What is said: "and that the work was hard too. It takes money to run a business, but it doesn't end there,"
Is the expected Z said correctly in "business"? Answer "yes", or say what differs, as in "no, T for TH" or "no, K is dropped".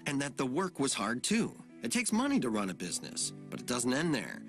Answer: yes